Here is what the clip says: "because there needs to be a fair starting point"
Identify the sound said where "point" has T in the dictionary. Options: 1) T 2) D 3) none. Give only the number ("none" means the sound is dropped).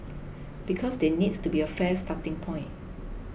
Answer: 3